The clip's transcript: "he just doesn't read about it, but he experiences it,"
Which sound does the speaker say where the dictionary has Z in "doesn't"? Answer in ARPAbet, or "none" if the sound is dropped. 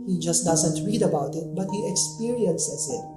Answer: Z